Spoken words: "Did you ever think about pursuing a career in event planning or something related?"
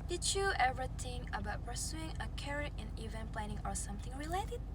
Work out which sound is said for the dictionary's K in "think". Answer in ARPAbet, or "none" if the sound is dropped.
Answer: none